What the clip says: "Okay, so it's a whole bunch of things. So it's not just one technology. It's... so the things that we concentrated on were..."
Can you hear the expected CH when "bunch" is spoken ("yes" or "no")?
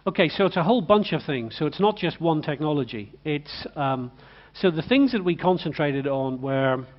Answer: yes